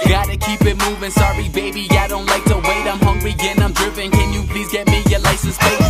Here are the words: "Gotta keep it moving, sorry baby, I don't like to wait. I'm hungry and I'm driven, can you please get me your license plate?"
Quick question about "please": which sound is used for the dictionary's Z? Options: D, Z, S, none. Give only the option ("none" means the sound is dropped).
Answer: Z